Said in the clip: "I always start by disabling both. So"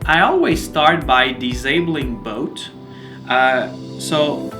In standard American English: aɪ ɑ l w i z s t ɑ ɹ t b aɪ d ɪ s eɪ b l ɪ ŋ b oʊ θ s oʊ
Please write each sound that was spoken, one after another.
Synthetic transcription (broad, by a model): aɪ ɑ l w i z s t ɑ ɹ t b aɪ d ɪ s eɪ b l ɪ ŋ b oʊ t s oʊ